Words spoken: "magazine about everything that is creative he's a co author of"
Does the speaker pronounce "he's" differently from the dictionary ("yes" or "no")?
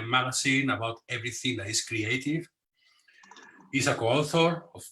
yes